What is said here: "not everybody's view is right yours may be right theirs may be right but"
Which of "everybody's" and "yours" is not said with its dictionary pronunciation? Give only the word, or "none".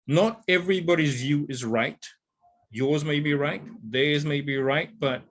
none